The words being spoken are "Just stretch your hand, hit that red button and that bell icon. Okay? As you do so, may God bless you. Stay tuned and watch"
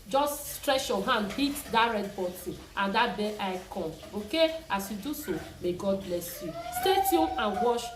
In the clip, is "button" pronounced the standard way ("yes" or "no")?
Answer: no